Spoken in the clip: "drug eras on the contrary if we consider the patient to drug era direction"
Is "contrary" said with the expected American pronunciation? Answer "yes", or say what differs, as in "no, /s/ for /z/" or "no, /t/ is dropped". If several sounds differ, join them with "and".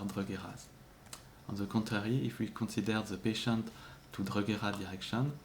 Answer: no, /n/ is dropped